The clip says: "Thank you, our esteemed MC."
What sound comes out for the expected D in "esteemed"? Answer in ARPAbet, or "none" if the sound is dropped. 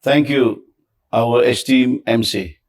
none